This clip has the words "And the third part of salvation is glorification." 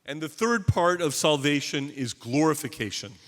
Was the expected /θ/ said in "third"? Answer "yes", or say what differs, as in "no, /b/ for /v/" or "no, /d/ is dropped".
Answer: yes